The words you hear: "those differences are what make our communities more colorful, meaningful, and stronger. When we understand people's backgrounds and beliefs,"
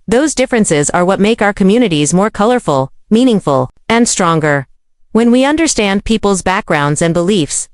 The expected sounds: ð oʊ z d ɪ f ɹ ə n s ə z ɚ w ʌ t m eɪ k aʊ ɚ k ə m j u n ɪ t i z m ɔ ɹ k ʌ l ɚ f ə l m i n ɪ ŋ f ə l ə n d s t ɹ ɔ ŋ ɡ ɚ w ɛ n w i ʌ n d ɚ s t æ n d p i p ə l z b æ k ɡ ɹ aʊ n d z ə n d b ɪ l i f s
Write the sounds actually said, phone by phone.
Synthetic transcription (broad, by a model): ð oʊ z d ɪ f ɹ ə n s ə z ɚ w ʌ t m eɪ k aʊ ɚ k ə m j u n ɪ t i z m ɔ ɹ k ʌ l ɚ f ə l m i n ɪ ŋ f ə l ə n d s t ɹ ɔ ŋ ɡ ɚ w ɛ n w i ʌ n d ɚ s t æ n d p i p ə l z b æ k ɡ ɹ aʊ n d z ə n b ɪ l i f s